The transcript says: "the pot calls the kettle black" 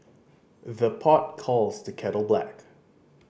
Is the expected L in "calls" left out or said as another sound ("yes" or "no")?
no